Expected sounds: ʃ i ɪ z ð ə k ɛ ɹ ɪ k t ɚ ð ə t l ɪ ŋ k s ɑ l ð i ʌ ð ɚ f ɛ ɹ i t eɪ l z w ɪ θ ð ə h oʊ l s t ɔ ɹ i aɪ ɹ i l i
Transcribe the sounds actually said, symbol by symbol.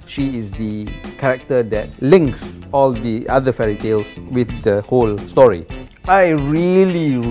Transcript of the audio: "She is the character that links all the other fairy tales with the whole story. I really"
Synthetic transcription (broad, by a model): ʃ i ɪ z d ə k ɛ ɹ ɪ k t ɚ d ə t l ɪ ŋ k s ɑ l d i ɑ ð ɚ f ɛ ɹ i t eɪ l s w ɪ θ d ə h oʊ l s t ɔ ɹ i aɪ ɹ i l i